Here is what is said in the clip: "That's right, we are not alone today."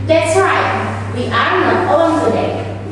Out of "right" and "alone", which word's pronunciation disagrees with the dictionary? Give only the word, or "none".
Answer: alone